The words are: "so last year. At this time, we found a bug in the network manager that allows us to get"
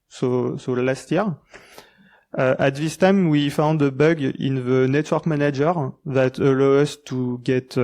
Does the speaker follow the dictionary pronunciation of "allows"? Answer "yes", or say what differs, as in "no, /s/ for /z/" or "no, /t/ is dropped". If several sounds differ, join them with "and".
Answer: no, /z/ is dropped